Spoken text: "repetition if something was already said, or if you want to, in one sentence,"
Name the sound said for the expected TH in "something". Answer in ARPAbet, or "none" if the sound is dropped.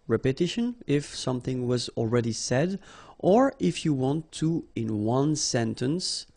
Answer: TH